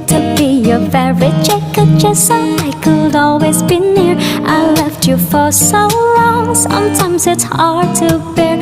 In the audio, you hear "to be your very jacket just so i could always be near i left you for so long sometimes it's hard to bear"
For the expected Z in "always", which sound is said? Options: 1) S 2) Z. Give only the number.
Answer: 2